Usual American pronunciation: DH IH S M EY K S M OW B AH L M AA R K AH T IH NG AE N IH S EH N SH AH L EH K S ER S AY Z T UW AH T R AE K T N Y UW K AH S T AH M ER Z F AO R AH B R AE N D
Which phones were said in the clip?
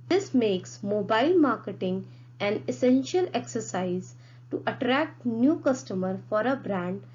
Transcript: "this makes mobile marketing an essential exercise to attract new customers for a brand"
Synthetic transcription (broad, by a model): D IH S M EY K S M OW B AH L M AA R K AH T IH NG AE N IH S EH N SH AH L EH K S ER S AY Z T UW AH T R AE K T N Y UW K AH S T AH M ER F AO R AH B R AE N D